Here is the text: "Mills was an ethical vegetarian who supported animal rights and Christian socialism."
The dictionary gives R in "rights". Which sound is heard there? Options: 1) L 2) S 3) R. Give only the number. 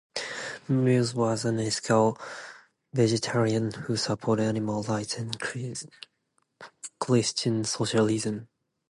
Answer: 1